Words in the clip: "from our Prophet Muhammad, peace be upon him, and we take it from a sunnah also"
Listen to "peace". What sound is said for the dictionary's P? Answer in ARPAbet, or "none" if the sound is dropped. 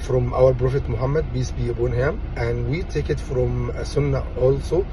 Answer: B